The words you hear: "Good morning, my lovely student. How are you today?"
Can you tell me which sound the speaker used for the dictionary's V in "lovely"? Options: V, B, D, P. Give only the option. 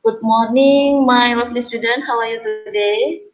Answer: P